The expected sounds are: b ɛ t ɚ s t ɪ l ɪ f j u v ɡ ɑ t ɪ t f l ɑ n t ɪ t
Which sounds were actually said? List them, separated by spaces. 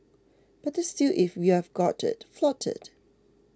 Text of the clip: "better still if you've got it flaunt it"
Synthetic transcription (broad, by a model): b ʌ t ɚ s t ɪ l ɪ f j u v ɡ ɑ t ɪ t f l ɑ t ɪ t